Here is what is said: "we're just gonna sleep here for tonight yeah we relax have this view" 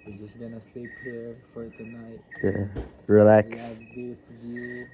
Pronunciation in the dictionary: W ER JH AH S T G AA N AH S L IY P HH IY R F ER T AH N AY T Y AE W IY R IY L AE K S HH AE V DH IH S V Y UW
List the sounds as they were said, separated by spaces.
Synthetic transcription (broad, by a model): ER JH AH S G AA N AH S IY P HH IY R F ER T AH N AY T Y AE R IY L AE K S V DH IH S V Y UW